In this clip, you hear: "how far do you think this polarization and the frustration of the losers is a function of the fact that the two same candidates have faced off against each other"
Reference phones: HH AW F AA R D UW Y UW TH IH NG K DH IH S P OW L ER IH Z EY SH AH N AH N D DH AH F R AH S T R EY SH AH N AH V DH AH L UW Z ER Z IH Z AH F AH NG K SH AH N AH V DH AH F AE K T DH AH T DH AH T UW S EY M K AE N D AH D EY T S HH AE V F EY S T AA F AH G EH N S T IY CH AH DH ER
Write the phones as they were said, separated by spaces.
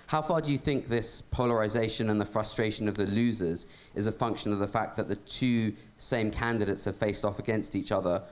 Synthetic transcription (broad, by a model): HH AW F AA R D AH Y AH TH IH NG K DH IH S P OW L ER IH Z EY SH AH N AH N DH AH F R AH S T R EY SH AH N AH V DH AH L UW Z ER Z IH Z AH F AH NG K SH AH N AH V DH AH F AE K DH AH T DH AH T UW S EY M K AE N D AH D EY T S HH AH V F EY S T AA F AH G EH N S T IY CH AH DH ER